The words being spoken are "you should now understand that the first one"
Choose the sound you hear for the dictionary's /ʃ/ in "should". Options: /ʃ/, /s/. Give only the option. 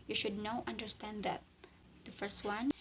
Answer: /ʃ/